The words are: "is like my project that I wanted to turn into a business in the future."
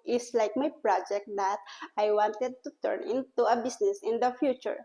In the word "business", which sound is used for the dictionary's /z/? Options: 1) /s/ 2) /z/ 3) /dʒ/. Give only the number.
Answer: 1